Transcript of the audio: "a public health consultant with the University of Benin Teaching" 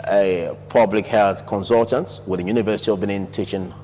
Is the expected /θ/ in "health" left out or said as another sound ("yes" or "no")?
no